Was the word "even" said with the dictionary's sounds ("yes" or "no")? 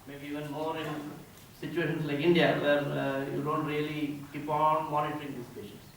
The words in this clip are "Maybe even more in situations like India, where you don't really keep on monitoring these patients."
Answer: yes